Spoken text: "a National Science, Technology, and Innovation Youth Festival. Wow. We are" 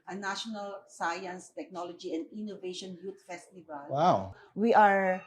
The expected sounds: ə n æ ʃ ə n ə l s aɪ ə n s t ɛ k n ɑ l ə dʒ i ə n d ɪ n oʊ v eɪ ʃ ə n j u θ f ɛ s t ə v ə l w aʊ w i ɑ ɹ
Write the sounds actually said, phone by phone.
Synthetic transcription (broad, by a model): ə n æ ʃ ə n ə l s aɪ ə n s t ɛ k n ɑ l ə dʒ i ə n d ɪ n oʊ v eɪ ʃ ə n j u t f ɛ s t ə v ə l w aʊ w i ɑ ɹ